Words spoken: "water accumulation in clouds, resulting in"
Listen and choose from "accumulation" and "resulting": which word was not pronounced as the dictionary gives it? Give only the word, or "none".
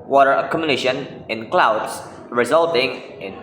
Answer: accumulation